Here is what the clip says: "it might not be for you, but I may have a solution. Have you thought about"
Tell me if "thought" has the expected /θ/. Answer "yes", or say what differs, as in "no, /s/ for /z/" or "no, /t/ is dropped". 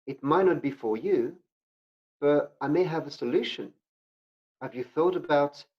yes